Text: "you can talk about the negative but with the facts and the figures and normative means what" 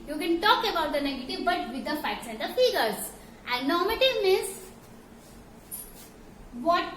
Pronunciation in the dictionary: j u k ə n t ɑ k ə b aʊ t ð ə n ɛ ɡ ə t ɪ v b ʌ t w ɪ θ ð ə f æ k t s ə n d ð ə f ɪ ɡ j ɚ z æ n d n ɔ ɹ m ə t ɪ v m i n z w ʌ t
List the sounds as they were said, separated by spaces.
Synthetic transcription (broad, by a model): j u k ə n t ɑ k ə b aʊ t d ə n ɛ ɡ ə t ɪ v b ʌ t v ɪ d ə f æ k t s ə n d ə f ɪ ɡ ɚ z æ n d n ɔ ɹ m ə t ɪ v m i z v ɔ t